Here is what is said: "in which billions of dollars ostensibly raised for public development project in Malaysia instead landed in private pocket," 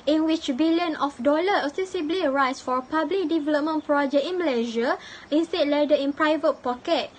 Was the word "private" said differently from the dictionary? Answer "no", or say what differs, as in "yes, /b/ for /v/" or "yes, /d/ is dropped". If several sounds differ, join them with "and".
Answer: no